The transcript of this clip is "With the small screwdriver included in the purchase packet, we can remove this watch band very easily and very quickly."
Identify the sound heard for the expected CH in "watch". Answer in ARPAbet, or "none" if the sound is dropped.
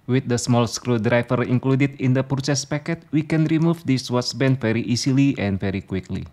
S